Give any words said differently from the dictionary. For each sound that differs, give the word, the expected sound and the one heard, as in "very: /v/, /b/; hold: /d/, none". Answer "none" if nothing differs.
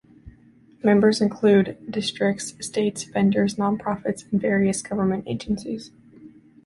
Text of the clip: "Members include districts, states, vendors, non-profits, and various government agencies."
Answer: vendors: /v/, /p/